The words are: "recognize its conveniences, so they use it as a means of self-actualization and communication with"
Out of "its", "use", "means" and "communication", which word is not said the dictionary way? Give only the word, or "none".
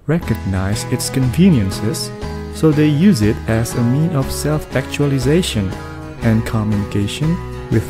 means